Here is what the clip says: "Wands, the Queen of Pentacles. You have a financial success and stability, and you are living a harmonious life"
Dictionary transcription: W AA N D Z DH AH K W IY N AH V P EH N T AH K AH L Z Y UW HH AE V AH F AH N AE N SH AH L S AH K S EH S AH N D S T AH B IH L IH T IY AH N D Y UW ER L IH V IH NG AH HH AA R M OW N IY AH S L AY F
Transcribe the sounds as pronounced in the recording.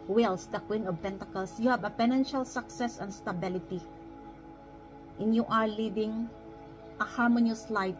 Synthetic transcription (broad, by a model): W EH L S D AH K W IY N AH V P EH N T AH K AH L S Y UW HH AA B AH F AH N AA N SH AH L S AH K S EH S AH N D S T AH B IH L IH T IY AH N Y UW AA L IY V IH NG AH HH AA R M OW N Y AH S L AY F